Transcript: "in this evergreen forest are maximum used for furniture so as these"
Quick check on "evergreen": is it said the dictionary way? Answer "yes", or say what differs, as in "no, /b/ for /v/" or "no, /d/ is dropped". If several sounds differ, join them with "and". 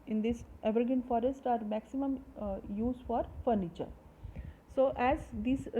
no, /ɹ/ is dropped